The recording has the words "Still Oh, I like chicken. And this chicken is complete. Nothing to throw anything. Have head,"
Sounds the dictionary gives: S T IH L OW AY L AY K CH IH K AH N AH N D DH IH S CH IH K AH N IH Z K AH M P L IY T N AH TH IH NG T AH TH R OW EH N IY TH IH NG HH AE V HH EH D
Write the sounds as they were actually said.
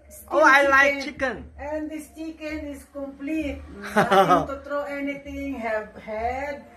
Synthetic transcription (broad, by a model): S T OW AY L AY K CH IH K AH N AH N D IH S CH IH K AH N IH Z K AH M P L IY T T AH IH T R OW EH N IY T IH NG HH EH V HH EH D